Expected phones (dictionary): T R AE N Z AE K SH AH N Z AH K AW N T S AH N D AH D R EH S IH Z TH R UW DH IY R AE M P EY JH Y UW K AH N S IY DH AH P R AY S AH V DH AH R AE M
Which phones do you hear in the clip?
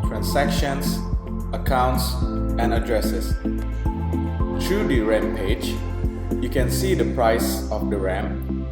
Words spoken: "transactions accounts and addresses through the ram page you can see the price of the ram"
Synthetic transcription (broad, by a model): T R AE N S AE K SH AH N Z AH K AW N T S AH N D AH D R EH S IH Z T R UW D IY R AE M P EY JH Y UW K AH N S IY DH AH P R AY S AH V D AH R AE M